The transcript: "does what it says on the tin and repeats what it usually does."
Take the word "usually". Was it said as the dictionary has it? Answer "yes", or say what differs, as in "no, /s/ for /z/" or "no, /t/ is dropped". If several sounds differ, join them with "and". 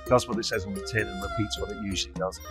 yes